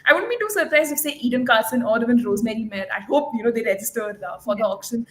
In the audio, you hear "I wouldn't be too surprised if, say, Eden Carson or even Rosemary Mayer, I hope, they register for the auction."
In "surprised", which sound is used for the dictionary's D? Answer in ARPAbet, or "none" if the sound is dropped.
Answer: none